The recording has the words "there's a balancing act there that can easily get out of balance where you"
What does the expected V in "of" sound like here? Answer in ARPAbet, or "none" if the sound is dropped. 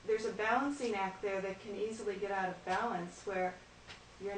V